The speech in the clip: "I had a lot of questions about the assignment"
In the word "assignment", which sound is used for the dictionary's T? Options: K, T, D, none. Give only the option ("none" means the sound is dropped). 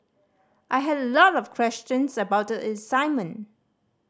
none